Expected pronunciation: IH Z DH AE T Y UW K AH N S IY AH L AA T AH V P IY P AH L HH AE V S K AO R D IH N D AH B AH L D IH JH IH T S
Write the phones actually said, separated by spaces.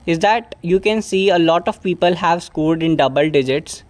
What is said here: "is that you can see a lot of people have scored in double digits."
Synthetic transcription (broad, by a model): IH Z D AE T Y UW K AH N S IY AH L AA T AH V P IY P AH L HH AE V S K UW L D IH N D AH B AH L D IH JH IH T S